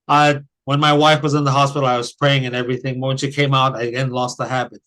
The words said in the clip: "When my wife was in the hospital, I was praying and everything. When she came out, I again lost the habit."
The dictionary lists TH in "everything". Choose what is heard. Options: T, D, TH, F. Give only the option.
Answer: TH